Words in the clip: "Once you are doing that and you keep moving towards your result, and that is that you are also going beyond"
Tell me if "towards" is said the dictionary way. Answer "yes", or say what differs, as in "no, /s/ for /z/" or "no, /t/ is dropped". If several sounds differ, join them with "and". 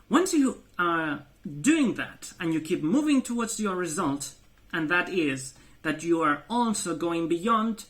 yes